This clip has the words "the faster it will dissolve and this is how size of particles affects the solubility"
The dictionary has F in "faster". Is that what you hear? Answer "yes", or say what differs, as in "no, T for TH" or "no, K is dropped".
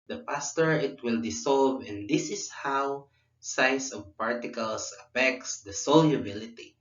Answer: no, P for F